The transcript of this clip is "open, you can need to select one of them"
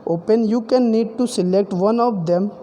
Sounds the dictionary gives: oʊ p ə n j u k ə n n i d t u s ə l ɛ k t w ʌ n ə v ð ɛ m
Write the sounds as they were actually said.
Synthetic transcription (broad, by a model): oʊ p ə n j u k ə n n i d t u s ə l ɛ k t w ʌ n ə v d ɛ m